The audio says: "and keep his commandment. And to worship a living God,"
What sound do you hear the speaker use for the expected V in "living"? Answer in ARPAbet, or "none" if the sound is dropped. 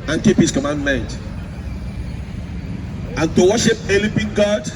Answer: P